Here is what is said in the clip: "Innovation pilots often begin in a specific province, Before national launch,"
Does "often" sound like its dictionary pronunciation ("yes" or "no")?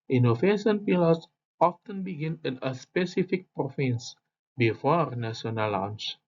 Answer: yes